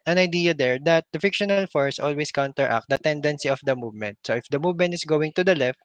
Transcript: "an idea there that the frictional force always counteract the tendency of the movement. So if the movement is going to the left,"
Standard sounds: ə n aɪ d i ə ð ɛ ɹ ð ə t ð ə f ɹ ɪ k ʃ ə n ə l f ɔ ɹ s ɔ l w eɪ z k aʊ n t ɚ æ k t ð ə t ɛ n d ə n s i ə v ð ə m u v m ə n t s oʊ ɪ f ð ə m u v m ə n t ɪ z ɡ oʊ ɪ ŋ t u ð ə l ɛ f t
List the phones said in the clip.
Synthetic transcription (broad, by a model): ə n aɪ d i ə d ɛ ɹ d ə t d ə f ɪ k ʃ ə n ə l f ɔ ɹ s ɔ l w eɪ s k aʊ n t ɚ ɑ k t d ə t ɛ n d ə n s i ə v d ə m u v m ə n t s oʊ ɪ f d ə m u v m ə n t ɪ s ɡ oʊ ɪ ŋ t u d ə l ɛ f t